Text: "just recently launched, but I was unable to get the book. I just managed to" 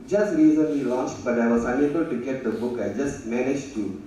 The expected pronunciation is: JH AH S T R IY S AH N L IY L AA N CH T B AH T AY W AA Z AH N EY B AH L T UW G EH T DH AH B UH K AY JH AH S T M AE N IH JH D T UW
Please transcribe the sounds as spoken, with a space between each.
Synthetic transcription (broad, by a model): JH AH S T R IY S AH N L IY L AA N CH T B AH T AY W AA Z AH N EY B AH L T UW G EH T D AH B UH K AY JH AH S T M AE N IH JH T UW